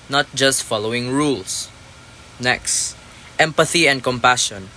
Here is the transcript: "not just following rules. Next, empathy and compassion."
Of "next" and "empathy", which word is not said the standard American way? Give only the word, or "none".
none